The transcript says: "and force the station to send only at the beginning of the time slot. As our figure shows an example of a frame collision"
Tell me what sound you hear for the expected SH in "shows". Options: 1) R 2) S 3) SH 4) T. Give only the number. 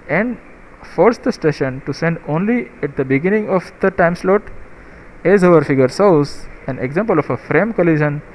2